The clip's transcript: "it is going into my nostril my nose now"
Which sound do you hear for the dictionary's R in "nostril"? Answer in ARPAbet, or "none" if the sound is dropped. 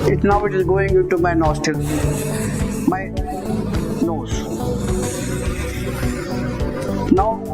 none